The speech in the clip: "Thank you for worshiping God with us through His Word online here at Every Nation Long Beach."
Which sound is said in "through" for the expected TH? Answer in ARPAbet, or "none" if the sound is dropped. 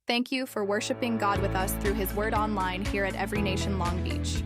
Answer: TH